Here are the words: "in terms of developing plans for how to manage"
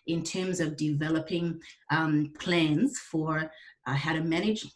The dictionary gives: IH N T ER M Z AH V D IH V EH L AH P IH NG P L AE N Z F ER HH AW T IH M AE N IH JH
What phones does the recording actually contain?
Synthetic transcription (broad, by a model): IH N T ER M Z AH V D IH V EH L AH P IH NG P L AE N Z F ER HH AW T IH M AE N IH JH